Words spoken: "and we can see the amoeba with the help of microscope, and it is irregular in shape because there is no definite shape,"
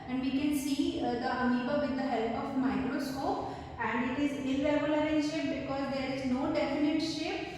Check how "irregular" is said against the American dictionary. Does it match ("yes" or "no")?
no